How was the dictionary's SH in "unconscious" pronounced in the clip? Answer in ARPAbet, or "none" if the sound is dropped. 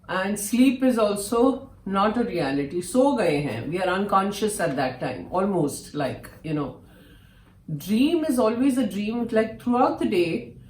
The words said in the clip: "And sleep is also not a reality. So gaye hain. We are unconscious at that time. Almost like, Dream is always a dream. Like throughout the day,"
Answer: SH